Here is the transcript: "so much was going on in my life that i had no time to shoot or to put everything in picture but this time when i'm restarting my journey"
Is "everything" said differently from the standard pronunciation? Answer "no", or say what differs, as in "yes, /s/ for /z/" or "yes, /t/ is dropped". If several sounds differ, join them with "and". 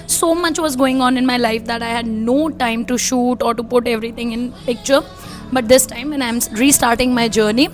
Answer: yes, /t/ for /θ/